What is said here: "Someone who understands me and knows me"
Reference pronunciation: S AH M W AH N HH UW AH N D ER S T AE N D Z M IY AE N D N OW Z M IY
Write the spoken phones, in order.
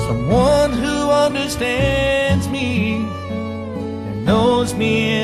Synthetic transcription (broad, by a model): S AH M W AH N HH UW AH N D ER S T AE N D Z M IY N N OW Z M IY